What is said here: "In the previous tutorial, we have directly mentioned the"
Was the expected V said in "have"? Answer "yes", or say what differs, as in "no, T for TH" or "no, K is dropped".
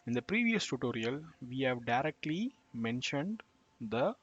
yes